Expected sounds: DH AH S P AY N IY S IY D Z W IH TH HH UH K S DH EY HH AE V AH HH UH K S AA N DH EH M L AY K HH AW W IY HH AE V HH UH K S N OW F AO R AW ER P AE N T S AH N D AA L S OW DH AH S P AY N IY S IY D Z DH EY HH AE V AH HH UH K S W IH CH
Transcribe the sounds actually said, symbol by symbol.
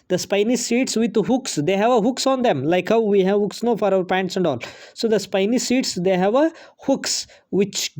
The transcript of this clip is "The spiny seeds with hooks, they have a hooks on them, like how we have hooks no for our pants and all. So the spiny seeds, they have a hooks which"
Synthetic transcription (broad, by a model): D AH S P AY N IY S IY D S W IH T HH UH K S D EY HH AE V AH HH UH K S AA N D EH M L AY K HH AW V IY HH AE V HH UH K S N OW F AO R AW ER P AE N T S AH N D AA L S OW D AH S P AY N IY S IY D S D EY HH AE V AH HH UH K S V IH CH